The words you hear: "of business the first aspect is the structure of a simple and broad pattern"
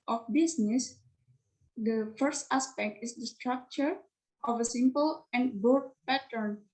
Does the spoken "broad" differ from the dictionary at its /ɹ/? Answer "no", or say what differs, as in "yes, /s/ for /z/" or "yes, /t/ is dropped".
yes, /ɹ/ is dropped